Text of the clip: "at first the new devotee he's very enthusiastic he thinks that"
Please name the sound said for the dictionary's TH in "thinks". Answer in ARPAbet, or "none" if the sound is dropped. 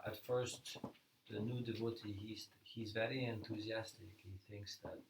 TH